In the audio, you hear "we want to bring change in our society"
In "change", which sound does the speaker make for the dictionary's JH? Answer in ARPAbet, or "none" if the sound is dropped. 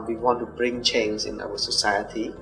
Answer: Z